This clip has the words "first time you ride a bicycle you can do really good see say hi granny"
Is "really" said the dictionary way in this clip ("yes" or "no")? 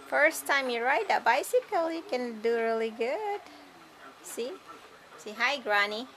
yes